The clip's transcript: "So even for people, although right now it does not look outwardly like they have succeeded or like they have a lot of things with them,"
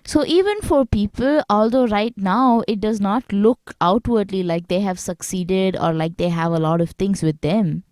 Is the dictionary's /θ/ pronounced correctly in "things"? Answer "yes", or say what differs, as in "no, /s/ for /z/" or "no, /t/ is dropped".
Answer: no, /t/ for /θ/